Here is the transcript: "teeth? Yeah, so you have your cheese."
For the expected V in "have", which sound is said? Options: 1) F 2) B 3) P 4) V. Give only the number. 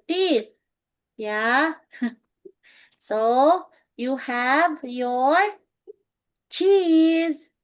4